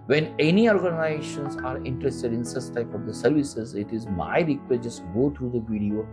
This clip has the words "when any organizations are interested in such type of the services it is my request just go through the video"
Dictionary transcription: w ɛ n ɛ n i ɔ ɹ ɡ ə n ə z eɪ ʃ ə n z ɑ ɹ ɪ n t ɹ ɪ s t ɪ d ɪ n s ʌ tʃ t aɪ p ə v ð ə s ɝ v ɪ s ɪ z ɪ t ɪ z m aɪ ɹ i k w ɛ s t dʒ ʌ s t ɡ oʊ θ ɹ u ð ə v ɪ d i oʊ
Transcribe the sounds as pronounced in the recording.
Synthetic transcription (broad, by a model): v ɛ n ɛ n i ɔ ɹ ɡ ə n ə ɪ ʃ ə n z ɑ ɹ ɪ n t ɹ ɪ s t ɪ d ɪ n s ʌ s t aɪ p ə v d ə s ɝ v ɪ s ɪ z ɪ t ɪ z m aɪ ɹ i k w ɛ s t dʒ ʌ s t ɡ oʊ t ɹ u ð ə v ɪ d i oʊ